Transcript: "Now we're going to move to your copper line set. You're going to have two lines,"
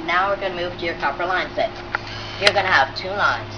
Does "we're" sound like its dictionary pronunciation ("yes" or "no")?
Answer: yes